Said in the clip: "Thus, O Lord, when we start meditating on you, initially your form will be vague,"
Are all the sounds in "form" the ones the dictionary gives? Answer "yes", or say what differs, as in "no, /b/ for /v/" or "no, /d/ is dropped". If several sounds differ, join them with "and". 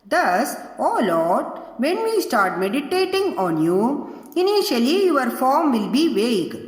yes